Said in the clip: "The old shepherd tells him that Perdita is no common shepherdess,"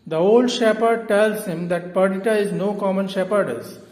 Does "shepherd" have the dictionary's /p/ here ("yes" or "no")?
yes